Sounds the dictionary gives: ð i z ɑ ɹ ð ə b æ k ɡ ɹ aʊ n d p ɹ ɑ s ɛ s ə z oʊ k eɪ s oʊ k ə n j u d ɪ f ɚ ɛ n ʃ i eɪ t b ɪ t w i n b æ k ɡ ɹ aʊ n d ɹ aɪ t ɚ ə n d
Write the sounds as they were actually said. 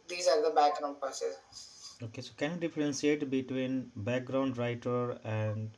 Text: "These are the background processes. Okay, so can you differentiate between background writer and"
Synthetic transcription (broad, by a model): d i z ɑ ɹ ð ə b æ k ɡ ɹ aʊ n d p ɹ s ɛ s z oʊ k eɪ s oʊ k ə n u d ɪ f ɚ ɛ n s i eɪ t b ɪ t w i n b æ k ɡ ɹ aʊ n d ɹ aɪ t ɚ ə n d